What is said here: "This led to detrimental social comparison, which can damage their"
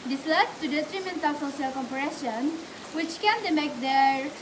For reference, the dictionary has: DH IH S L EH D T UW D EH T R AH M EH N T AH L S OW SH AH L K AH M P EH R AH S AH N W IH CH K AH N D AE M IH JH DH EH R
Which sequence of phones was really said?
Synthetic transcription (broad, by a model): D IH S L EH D T UW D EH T R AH M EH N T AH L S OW S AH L K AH M P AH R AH SH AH N W IH CH K AH N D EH M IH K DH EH R